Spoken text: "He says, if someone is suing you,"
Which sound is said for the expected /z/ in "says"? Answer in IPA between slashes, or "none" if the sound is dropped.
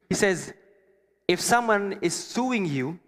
/z/